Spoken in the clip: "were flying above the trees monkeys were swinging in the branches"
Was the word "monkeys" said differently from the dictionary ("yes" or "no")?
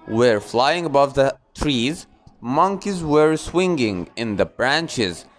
no